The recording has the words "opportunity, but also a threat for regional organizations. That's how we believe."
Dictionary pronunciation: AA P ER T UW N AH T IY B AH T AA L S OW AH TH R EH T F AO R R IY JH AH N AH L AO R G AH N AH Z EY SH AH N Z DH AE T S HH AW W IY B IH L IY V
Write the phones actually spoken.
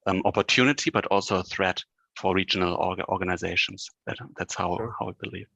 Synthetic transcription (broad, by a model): AA P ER T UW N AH T IY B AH T AA L S OW AH TH R EH T F AO R R IY JH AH N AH L AO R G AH N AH Z EY SH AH N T DH AE T S HH AW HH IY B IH L IY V